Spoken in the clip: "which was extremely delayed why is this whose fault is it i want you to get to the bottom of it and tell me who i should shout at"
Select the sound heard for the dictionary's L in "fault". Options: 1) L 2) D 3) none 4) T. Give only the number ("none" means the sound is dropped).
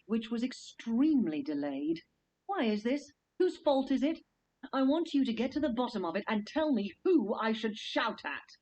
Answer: 1